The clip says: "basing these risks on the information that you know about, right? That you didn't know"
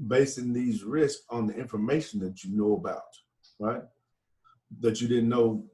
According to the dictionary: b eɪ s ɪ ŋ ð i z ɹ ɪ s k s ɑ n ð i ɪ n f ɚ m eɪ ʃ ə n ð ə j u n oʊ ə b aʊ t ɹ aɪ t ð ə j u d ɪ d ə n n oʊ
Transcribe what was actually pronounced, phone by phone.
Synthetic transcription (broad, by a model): b eɪ s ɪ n ð i z ɹ ɪ s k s n ð i ɪ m f ɚ m eɪ ʃ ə n ð ə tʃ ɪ n oʊ ə b aʊ t ɹ aɪ t ð ə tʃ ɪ d ɪ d n n oʊ